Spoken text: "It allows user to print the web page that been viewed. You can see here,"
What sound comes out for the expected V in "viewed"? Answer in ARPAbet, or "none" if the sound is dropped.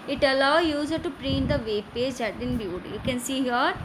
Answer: B